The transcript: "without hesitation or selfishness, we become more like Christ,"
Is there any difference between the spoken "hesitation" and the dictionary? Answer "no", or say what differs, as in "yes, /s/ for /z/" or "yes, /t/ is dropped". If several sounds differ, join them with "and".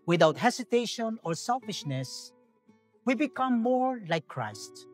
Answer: yes, /s/ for /z/